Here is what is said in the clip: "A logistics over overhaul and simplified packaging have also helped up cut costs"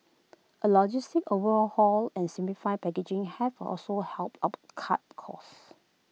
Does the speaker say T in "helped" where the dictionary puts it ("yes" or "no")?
yes